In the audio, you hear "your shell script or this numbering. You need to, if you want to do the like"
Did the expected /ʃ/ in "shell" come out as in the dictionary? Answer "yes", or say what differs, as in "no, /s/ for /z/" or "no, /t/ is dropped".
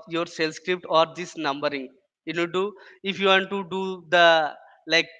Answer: no, /s/ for /ʃ/